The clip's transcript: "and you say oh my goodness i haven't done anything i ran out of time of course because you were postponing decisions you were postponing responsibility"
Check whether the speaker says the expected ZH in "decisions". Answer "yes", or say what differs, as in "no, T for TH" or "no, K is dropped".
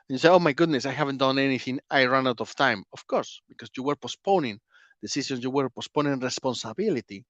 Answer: no, S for ZH